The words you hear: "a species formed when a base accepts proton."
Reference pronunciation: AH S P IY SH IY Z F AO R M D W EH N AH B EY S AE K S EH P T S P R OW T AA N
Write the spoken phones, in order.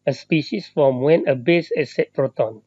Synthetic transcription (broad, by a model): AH S P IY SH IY S F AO M W EH N AH B EY S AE S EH T P R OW T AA N